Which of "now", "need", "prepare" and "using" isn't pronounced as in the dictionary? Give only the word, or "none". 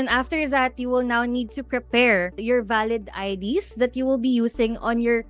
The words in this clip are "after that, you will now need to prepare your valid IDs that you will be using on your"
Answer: using